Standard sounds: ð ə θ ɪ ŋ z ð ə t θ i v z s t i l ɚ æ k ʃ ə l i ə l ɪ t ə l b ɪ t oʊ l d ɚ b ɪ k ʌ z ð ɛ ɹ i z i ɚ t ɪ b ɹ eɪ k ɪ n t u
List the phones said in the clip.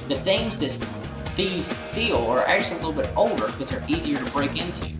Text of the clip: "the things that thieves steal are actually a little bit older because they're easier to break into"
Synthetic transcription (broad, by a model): ð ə θ ɪ ŋ z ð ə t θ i z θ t i l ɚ æ k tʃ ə l i ə l ɪ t l b ɪ t oʊ l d ɚ k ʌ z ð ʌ ɹ i z i ɚ t ɪ b ɹ eɪ k ɪ n t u